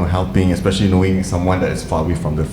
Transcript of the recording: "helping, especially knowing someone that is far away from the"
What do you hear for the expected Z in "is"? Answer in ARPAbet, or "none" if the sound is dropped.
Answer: S